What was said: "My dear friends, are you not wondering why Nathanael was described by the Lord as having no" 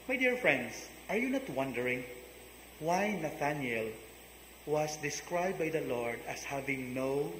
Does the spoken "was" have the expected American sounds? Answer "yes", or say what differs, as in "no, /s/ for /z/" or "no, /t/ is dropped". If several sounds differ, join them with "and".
no, /s/ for /z/